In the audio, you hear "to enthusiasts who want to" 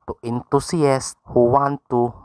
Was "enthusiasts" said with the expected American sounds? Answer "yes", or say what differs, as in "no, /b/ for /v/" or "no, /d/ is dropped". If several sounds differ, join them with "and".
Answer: no, /t/ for /θ/ and /s/ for /z/